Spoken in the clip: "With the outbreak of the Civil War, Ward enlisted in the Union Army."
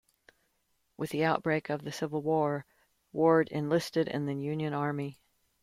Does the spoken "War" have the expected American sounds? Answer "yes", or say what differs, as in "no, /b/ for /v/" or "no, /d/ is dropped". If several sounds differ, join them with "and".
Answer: yes